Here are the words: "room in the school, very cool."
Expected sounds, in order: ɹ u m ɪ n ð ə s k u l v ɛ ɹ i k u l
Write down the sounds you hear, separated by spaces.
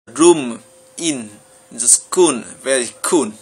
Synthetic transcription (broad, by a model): ɹ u m ɪ n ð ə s k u n v ɛ ɹ i k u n